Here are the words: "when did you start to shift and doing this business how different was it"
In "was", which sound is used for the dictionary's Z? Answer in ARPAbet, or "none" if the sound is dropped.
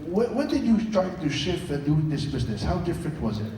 Z